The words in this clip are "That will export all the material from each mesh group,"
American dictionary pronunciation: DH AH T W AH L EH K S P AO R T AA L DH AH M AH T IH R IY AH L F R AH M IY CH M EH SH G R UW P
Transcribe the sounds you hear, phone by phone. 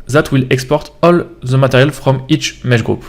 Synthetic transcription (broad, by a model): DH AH T W AH L EH K S P AO R T AA L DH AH M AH T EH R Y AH L F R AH M IY CH M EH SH G R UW P